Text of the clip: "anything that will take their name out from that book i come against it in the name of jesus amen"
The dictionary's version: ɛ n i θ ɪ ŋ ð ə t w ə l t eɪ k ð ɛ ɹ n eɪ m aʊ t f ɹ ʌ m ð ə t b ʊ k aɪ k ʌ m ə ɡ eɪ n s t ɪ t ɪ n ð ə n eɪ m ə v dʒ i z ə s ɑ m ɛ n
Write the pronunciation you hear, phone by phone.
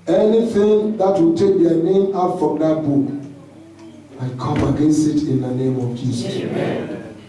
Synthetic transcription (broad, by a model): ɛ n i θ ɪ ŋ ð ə t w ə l t eɪ k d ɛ n eɪ m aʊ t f ɹ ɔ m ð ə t b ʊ k aɪ k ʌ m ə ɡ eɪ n s ɪ t ɪ n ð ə n eɪ m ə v dʒ i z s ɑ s